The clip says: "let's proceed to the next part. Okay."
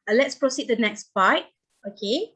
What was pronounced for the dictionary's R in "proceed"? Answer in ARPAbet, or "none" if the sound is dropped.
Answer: R